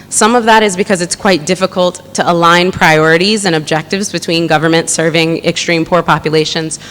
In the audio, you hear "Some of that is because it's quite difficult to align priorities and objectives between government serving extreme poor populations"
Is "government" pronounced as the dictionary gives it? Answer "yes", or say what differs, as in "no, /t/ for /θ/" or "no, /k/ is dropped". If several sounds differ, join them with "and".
yes